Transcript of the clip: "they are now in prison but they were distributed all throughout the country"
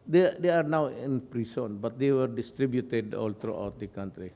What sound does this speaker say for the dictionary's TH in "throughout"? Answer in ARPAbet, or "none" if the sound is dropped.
T